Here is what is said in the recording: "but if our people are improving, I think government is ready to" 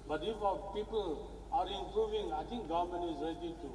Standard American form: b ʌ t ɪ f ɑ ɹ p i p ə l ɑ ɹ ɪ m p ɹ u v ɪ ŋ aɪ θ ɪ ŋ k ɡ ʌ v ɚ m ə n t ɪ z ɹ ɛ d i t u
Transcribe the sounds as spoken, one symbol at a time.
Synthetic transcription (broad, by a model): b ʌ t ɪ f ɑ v p i p ə l ɑ ɹ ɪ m p ɹ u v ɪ ŋ aɪ t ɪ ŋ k ɡ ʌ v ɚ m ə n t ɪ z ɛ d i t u